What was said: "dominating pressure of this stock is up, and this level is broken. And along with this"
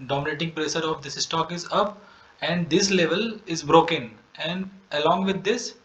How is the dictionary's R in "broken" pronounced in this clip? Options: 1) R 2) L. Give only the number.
1